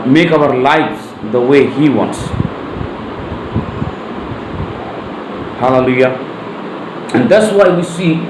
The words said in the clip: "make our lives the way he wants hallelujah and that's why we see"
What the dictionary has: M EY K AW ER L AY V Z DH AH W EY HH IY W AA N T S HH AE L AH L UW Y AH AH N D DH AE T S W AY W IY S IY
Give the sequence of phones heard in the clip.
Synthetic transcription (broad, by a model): M EY K AW ER L AY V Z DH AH W EY HH IY W AA N T S HH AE L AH L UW Y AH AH N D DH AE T S W AY W IY S IY